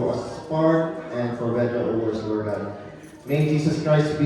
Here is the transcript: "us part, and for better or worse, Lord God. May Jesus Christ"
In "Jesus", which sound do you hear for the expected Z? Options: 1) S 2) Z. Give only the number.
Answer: 1